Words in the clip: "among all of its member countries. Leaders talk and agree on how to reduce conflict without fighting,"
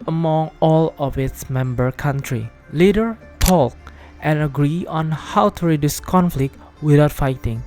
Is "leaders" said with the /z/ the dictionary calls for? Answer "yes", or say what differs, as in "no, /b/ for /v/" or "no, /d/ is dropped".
no, /z/ is dropped